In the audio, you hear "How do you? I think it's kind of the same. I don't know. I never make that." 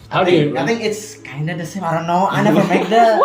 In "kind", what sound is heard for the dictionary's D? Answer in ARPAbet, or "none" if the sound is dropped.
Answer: D